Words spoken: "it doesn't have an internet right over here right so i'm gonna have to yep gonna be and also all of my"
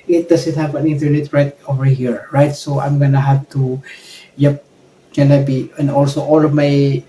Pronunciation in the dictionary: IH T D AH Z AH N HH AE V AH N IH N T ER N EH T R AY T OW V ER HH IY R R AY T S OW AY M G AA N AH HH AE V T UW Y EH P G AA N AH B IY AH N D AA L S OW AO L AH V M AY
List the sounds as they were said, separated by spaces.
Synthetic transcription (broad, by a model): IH T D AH S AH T HH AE P AH N IH N T ER N EH T R AY T OW V ER HH IY R R AY T S OW AY M G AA N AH HH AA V T UW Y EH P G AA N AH B IY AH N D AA L S OW AO L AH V M AY